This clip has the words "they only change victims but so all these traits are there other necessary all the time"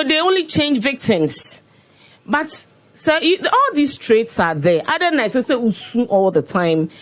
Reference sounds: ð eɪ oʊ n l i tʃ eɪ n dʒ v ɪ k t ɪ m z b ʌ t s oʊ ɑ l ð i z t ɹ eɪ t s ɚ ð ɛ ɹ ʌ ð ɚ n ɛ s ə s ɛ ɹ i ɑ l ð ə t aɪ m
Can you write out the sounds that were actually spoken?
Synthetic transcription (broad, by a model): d eɪ oʊ n l i tʃ eɪ n dʒ v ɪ k t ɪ m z b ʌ t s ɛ ɑ l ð i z t ɹ eɪ t s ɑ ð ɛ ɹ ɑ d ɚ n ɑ s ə s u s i ɑ l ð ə t aɪ m